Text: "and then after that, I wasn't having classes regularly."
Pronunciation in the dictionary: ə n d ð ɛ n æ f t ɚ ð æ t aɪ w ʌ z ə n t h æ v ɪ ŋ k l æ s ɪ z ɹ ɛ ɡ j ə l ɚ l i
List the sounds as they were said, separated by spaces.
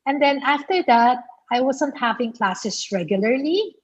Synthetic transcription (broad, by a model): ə n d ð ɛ n æ f t ɚ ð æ t aɪ w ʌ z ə n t h æ v ɪ ŋ k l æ s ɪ s ɹ ɛ ɡ j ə l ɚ l i